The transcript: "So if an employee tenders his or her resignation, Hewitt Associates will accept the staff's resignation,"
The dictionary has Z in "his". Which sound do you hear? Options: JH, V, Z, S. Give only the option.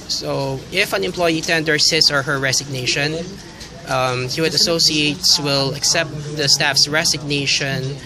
S